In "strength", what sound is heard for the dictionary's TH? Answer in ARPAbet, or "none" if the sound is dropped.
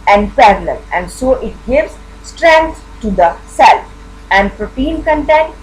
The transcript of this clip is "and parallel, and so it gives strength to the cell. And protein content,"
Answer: T